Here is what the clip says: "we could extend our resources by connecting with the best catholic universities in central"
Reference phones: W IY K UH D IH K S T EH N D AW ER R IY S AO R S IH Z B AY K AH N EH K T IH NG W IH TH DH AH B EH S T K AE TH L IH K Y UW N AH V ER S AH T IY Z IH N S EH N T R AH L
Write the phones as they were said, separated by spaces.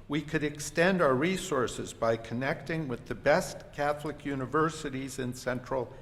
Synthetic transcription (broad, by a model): W IY K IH D IH K S T EH N D AW ER R IY S AO R S IH Z B AY K AH N EH K T IH NG W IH DH AH B EH S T K AE TH L IH K Y UW N AH V ER S AH T IY Z IH N S EH N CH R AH L